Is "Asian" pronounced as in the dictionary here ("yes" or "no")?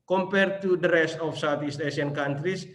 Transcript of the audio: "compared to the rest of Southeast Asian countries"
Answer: no